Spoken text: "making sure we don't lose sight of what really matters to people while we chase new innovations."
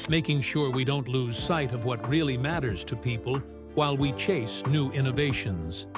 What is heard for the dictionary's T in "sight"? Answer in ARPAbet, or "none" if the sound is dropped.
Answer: T